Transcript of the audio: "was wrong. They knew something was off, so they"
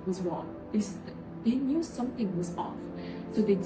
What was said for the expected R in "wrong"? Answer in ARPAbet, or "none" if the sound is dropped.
W